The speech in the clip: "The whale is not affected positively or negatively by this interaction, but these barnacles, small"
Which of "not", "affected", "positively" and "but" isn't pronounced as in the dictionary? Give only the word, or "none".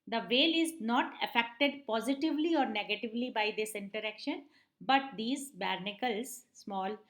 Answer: none